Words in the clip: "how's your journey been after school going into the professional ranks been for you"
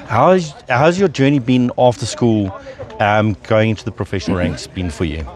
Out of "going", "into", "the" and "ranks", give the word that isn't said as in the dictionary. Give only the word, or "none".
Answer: none